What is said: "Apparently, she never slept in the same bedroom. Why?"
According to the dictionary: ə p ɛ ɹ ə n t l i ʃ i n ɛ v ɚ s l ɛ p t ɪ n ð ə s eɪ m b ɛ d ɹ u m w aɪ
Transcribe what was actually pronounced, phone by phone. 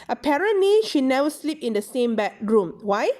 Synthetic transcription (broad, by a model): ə p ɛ ɹ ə n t l i ʃ i n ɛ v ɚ s l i p ɪ n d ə s eɪ m b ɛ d ɹ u m w aɪ